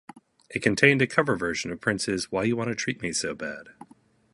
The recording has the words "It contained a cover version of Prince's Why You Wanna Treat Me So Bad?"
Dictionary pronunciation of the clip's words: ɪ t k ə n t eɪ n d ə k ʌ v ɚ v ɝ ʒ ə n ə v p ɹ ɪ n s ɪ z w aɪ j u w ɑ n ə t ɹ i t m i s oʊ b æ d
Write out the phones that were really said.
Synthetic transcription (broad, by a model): ɪ t k ə n t eɪ n d ə k ʌ v ɚ v ɝ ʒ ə n ə v p ɹ ɪ n s ɪ z w aɪ j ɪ w ɑ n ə t ɹ i t m i s oʊ b æ d